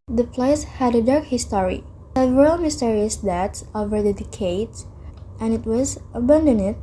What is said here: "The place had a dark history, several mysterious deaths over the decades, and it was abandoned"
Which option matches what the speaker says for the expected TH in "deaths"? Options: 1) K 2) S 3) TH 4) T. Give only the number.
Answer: 4